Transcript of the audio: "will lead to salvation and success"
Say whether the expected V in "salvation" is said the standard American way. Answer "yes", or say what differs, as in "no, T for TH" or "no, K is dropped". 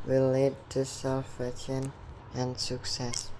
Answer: no, F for V